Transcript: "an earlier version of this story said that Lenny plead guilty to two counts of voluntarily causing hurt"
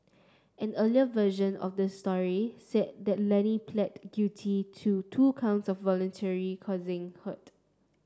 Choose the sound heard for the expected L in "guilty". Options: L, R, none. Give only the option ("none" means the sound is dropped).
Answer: none